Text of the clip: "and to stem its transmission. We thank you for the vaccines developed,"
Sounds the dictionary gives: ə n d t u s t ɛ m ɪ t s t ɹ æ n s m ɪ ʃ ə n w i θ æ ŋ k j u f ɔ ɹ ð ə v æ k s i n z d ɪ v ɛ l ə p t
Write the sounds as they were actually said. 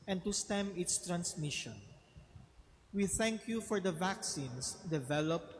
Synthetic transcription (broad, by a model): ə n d t u s t ɛ m ɪ t s t ɹ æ n s m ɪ ʃ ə n w i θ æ ŋ k j u f ɔ ɹ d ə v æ k s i n s d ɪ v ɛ l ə p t